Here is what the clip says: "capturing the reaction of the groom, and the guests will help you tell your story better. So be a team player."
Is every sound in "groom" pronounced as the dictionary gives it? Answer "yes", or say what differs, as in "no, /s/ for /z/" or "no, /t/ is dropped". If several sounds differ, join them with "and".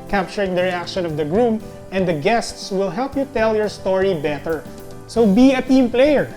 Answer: yes